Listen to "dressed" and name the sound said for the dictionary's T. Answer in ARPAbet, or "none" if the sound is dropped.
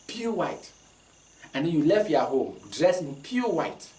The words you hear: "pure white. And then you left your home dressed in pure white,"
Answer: none